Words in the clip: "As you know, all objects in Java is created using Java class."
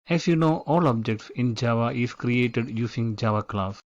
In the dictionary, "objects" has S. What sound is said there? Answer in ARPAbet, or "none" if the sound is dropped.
S